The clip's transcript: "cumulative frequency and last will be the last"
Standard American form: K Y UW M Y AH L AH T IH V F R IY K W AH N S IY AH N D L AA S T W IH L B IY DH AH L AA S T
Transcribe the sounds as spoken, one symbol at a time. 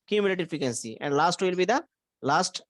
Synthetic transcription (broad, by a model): K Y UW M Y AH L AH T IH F IY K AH N S IY AH N D L AA S T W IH L B IY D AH L AA S T